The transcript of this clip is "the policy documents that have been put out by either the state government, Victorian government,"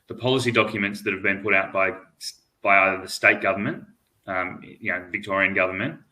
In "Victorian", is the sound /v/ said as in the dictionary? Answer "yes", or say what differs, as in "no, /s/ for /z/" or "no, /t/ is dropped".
yes